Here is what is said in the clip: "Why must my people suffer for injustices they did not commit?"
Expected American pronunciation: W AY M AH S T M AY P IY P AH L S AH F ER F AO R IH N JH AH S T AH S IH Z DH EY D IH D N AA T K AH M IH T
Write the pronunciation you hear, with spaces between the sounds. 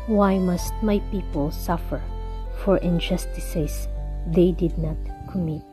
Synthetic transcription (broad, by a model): W AY M AH S T M AY P IY P AH L S AH F ER F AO R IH N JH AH S T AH S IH S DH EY D IH D N AA T K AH M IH T